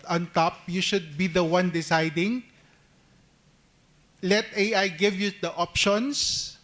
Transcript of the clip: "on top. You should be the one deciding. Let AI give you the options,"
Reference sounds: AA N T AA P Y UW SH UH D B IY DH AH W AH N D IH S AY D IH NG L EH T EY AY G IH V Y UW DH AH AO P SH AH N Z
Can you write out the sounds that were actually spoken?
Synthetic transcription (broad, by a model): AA N T AA P Y UW SH UH D B IY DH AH W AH N D IH S AY D IH NG L EH T EY AY G IH V Y UW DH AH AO P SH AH N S